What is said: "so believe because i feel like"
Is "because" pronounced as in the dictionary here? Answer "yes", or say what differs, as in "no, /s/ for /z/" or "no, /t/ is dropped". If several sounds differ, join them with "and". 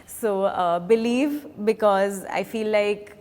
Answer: yes